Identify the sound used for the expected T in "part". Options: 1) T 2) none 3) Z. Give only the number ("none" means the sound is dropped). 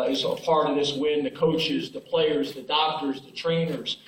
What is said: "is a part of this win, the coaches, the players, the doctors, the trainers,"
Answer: 2